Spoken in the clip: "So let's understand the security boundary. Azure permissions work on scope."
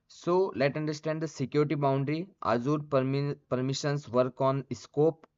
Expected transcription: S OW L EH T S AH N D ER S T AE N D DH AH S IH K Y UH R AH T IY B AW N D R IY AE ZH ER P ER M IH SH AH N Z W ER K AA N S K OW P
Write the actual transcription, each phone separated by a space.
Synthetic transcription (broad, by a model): S OW L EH T AH N D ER S T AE N D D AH S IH K Y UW R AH T IY B AW N D R IY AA Z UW P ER M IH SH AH N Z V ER K AA N S K OW P